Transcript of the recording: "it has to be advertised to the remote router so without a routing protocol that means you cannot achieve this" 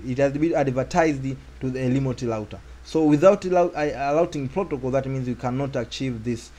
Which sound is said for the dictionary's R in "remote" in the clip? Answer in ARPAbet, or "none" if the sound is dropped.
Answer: L